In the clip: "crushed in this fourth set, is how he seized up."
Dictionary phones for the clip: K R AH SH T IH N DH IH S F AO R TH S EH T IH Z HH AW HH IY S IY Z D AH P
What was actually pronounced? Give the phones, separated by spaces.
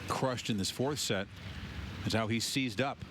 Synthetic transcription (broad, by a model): K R AH SH T IH N DH IH S F AO R TH S EH T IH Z HH AW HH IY S IY Z D AH P